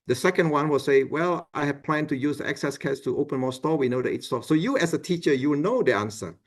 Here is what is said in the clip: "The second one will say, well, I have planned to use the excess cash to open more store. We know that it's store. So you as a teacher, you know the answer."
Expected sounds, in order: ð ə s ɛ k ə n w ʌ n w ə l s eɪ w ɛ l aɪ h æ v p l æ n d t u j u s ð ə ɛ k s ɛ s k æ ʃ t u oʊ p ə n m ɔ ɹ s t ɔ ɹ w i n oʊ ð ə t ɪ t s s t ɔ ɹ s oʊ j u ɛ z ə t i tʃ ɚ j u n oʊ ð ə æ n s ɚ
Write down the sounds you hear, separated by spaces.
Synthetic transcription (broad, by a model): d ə s ɛ k ə n w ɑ n w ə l s eɪ w ɛ l aɪ h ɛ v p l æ n t u j u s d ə ɛ k s ɛ s k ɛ s t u oʊ p ə n m ɔ s t ɔ w i n oʊ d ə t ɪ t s s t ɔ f s oʊ j u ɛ s ə t i tʃ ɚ j u n oʊ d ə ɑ n s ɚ